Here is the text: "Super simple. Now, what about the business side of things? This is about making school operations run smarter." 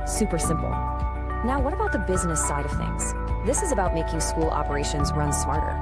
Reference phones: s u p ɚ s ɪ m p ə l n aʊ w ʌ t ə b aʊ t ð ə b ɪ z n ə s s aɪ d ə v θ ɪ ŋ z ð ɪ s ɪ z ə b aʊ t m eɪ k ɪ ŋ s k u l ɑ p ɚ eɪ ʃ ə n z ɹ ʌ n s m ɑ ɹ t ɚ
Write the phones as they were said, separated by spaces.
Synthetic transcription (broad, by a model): s u p ɚ s ɪ m p l n aʊ w ʌ t ə b aʊ t ð ə b ɪ z n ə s s aɪ d ə v θ ɪ ŋ z ð ɪ s ɪ z ə b aʊ t m eɪ k ɪ ŋ s k u l ɑ p ɚ eɪ ʃ ə n z ɹ ʌ n s m ɑ ɹ t ɚ